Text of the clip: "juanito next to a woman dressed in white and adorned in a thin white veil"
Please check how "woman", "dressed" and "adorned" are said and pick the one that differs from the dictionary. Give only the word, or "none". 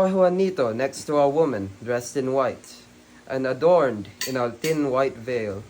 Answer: none